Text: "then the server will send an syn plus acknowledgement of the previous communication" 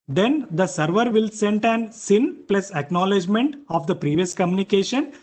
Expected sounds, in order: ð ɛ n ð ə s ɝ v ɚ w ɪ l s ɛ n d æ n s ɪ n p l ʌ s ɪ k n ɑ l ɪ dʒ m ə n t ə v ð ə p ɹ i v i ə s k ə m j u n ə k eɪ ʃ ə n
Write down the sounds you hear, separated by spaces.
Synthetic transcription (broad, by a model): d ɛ n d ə s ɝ v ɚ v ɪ l s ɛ n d æ n s ɪ n p l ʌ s ɪ k n ɑ l ɪ dʒ m ə n t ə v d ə p ɹ i v i ə s k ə m j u n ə k eɪ ʃ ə n